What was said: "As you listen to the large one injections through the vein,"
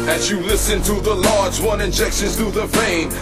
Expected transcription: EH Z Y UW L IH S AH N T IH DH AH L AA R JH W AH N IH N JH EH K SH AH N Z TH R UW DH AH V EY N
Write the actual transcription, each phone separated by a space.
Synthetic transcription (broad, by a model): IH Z Y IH L IH S AH N T IH DH AH L AA R JH W AH N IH N JH EH K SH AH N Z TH UW DH AH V EY N